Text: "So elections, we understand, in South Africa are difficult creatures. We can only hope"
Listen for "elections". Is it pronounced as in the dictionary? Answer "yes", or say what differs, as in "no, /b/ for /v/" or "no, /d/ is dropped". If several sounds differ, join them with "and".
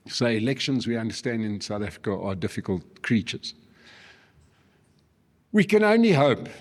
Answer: yes